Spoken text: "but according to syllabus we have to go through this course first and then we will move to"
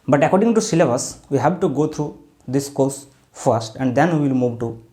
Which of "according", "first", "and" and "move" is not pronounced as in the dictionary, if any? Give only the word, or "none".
none